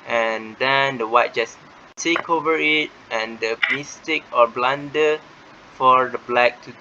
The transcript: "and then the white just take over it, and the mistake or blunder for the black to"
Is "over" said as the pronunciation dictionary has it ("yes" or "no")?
yes